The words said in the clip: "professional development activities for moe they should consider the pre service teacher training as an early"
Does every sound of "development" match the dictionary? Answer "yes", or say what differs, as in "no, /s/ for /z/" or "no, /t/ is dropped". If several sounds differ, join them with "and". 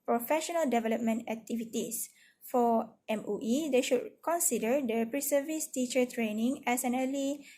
yes